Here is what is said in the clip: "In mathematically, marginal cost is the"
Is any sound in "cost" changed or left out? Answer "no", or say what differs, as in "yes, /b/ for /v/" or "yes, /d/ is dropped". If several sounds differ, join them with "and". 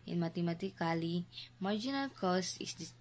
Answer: yes, /t/ is dropped